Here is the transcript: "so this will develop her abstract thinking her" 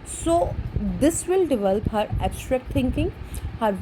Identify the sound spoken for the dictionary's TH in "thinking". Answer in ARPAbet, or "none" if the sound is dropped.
T